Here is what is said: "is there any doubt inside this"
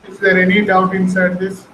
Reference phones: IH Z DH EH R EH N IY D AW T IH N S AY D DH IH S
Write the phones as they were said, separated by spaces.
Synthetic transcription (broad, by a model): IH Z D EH R EH N IY D AW T IH N S AY D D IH S